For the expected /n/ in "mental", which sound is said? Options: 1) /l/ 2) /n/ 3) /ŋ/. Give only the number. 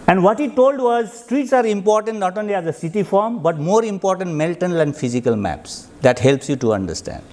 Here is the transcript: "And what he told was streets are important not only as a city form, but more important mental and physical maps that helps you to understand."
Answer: 1